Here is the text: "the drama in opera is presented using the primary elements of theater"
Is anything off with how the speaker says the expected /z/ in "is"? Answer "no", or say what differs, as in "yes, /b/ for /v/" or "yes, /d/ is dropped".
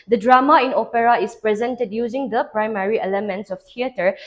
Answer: yes, /s/ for /z/